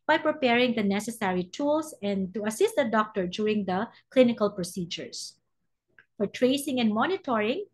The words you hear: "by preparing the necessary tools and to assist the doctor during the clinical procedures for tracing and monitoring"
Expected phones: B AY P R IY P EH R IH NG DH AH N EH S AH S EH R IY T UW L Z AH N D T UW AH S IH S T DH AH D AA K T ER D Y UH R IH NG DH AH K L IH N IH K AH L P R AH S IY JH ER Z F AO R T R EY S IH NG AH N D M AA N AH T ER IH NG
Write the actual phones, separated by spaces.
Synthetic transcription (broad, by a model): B AY P R IY P EH R IH NG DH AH N EH S AH S EH R IY T UW L S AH N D T UW AH S IH S T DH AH D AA K T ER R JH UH R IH NG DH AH K L IH N IH K AH L P R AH S IY JH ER S F AO R T R EY S IH NG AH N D M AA N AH T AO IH NG